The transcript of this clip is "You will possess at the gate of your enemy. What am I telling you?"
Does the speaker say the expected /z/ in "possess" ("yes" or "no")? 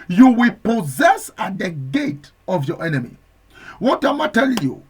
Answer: yes